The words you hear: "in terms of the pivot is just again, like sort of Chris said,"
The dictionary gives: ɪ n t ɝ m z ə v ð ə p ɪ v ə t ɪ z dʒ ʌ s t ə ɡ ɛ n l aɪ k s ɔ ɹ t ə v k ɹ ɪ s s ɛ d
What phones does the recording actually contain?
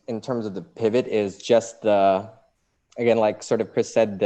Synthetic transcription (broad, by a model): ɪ n t ɝ m z ə v ð ə p ɪ v ə t ɪ z dʒ ʌ s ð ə ɡ ɛ n l aɪ k s ɔ ɹ t ə v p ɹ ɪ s s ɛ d